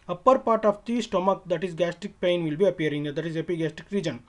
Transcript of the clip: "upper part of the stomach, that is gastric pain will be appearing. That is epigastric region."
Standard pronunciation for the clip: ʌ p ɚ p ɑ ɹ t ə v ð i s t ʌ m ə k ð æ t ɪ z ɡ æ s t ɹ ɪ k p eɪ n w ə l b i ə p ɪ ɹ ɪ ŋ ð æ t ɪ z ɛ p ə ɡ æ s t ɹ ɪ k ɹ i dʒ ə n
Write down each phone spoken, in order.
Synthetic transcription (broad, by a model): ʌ p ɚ p ɑ ɹ t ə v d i s t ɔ m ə k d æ t ɪ z ɡ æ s t ɪ k p eɪ n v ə l b i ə p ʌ ɹ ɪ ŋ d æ t ɪ z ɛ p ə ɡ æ s t ɪ k ɹ i dʒ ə n